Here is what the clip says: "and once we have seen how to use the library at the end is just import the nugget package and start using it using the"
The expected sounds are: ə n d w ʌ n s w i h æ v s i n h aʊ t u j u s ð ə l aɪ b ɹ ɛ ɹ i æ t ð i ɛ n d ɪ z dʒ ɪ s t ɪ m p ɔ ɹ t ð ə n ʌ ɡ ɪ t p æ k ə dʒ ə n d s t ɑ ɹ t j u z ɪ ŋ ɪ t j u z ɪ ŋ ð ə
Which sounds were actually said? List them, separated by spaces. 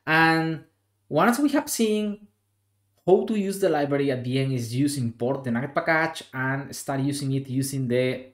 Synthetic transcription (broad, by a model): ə n w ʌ n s w i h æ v s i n h aʊ t u j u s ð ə l aɪ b ɹ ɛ ɹ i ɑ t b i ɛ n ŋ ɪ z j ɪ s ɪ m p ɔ ɹ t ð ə n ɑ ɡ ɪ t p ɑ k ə tʃ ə n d s t ɑ ɹ t j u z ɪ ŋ ɪ t j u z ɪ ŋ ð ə